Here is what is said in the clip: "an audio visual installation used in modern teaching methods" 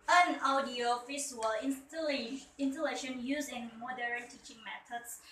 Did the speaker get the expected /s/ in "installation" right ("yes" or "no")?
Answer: no